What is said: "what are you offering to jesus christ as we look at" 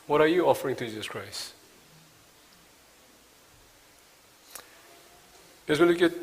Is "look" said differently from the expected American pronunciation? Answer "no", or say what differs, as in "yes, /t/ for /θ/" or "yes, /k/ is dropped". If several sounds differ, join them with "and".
yes, /n/ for /l/